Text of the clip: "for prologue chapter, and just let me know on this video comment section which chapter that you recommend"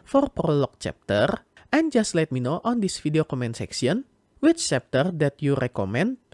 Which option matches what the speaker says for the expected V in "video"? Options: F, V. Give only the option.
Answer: F